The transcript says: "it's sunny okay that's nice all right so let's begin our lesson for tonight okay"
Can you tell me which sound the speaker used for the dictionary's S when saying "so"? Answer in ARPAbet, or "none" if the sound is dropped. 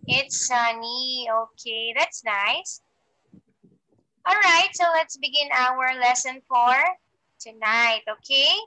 S